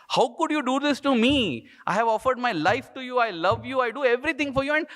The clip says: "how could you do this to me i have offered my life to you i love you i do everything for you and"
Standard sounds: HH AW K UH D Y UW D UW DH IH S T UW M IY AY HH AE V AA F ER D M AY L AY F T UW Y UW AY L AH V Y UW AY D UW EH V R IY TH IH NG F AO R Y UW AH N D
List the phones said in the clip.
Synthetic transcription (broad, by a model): HH AW K UH D Y UW D UW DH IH S T UW M IY AY HH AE V AA F ER D M AY L AY F T UW Y UW AY L AH V Y UW AY D UW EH V R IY T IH NG F AO R Y UW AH N D